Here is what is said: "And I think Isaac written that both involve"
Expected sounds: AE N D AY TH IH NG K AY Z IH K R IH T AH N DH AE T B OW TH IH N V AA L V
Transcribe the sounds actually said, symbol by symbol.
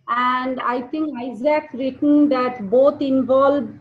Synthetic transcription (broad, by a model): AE N D AY T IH NG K AY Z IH K R IH T AH N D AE T B OW T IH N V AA L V